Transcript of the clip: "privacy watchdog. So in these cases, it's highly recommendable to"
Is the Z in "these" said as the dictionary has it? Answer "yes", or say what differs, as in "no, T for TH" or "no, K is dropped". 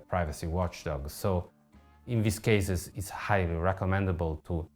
no, S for Z